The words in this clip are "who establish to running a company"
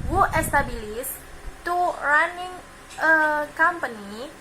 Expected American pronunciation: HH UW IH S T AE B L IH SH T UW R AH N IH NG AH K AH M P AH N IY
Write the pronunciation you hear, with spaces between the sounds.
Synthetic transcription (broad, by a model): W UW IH S T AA B L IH S T UW R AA N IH NG AH K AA M P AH N IY